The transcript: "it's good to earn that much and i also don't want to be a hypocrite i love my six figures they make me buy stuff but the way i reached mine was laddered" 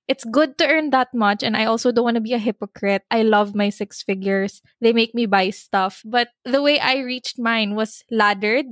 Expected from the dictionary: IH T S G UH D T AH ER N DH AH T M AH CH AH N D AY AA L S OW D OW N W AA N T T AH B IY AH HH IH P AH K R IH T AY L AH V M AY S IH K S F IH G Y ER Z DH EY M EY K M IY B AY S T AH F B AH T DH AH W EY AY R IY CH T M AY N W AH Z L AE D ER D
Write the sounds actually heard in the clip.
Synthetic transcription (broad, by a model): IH T S G UH D T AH ER N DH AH T M AH CH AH N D AY AA L S OW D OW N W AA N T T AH B IY AH HH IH P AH K R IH T AY L AH V M AY S IH K S F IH G Y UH S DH EY M EY K M IY B AY S T AH F B AH T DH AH W EY AY R IY CH T M AY N W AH S L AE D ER D